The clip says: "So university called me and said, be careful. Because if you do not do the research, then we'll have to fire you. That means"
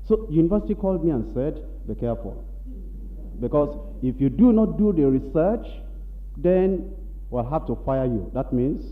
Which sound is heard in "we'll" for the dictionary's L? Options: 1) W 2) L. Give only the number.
2